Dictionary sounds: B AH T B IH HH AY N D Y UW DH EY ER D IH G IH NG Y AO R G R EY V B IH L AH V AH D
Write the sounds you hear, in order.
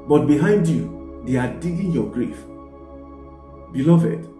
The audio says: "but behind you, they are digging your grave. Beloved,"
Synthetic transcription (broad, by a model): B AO T B IH HH AY N D Y UW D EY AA D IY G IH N Y AO G R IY F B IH L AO V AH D